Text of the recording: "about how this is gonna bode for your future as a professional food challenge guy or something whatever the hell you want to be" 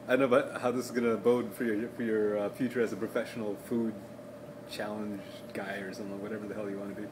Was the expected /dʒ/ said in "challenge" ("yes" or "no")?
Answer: yes